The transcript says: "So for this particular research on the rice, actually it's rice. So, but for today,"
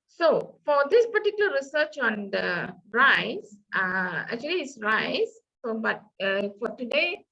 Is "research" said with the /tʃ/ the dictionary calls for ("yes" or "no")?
yes